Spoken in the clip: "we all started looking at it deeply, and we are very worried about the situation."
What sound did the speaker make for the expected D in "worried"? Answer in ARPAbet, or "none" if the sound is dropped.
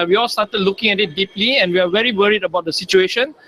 D